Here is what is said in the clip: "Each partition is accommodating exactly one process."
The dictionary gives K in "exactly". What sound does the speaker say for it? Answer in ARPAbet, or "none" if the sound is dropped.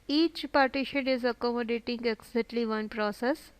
none